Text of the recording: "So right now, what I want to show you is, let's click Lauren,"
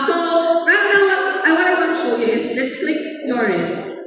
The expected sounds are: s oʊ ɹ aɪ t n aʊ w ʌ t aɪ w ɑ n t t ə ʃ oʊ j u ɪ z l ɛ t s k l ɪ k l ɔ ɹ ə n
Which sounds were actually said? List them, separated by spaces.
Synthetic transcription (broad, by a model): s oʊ ɹ aɪ t n aʊ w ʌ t aɪ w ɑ t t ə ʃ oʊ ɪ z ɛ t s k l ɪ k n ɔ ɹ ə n